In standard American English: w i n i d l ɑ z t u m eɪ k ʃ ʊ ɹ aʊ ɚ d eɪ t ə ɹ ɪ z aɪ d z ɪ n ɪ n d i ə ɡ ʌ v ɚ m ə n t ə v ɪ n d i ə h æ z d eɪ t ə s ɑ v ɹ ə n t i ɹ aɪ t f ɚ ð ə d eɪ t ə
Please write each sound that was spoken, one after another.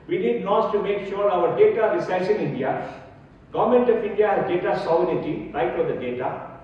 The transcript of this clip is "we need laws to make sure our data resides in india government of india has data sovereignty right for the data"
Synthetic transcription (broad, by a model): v i n i d n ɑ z t u m eɪ k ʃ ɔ ɹ aʊ ɚ d eɪ t ə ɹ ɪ s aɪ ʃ ɪ n ɪ n d i ə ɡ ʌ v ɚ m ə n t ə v ɪ n d i ə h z d eɪ t ə s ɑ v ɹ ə t i ɹ aɪ t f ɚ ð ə d eɪ t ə